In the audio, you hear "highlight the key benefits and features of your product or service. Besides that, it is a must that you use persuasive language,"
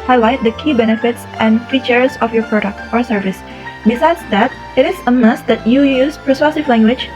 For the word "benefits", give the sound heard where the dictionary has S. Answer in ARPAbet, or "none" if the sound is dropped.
S